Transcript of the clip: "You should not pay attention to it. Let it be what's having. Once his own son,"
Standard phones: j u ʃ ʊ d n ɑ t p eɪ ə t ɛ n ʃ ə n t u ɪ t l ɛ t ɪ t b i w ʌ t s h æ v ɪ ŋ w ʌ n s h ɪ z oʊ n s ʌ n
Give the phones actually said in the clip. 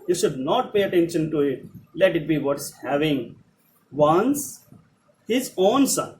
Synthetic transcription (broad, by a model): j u ʃ ʊ d n ɑ t p eɪ ə t ɛ n ʃ ə n t u ɪ t l ɛ t ɪ t b i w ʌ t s h æ v ɪ ŋ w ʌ n s h ɪ z oʊ n s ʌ n